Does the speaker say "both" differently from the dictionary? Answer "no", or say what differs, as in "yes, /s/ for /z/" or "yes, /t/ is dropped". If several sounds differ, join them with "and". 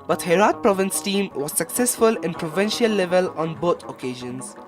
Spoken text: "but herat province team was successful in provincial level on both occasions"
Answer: yes, /t/ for /θ/